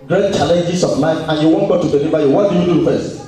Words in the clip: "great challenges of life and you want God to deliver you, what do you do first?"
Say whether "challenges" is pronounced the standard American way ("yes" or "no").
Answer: no